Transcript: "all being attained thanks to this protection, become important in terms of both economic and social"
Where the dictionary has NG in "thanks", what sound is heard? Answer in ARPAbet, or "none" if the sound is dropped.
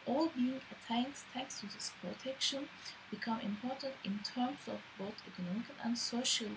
none